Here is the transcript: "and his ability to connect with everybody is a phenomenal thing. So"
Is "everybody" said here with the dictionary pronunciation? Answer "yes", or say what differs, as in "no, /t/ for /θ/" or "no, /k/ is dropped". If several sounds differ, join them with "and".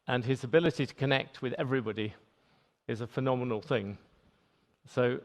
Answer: yes